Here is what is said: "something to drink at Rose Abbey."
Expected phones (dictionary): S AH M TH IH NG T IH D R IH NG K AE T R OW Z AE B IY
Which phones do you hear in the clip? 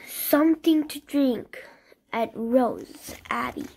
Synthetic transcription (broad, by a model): S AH M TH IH NG T IH D R IH NG K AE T R OW Z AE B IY